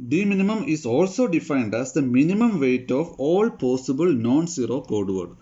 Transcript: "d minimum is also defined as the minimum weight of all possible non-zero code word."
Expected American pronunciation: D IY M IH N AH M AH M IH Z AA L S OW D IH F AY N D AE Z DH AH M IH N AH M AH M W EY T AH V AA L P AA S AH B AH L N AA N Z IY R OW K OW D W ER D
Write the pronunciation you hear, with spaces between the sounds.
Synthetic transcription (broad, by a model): D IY M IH N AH M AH M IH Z AA L S OW D IH F AY N D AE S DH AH M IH N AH M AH M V EY T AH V AA L P AA S AH B AH L N AA N S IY R OW K OW D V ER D